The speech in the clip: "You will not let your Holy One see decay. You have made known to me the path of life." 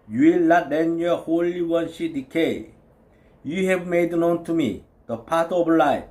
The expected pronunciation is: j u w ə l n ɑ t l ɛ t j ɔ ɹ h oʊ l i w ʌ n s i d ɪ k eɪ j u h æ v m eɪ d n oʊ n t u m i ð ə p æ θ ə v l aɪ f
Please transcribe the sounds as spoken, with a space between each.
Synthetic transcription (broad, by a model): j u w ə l l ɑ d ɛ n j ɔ h oʊ l i w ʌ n ʃ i d ɪ k eɪ j u h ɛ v m eɪ d n oʊ n t u m i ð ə p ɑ t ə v l aɪ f